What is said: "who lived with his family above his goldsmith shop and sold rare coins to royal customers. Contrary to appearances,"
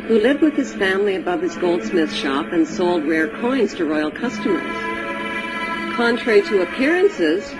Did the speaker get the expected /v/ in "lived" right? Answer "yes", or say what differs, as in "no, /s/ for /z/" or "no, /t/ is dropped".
yes